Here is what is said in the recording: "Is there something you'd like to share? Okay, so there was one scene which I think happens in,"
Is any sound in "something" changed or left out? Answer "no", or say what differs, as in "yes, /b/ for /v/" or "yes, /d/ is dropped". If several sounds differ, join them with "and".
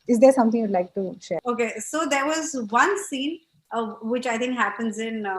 yes, /t/ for /θ/